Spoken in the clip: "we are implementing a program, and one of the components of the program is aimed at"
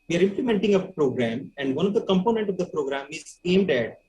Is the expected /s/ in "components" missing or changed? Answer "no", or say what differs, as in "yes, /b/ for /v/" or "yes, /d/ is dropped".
yes, /s/ is dropped